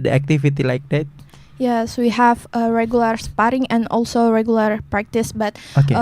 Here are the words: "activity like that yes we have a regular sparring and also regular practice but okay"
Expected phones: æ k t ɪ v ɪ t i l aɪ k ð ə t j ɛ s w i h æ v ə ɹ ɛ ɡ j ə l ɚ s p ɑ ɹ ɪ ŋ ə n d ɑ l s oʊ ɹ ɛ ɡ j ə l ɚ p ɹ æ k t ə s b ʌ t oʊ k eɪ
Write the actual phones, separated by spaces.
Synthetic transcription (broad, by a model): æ k t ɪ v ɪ t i l aɪ k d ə t j ɛ s w i h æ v ə ɹ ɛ ɡ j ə l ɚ s p ɑ ɹ ɪ ŋ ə n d ɑ l s oʊ ɹ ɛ ɡ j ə l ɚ p ɹ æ k t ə s b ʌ t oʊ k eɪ